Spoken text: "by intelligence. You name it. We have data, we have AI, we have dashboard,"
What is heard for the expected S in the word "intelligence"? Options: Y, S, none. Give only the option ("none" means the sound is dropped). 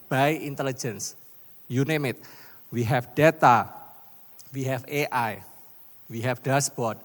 S